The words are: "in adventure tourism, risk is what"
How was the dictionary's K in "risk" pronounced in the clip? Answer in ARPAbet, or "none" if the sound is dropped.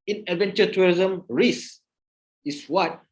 none